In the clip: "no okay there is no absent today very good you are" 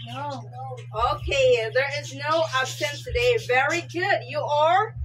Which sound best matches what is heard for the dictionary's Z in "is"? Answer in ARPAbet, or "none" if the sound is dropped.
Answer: Z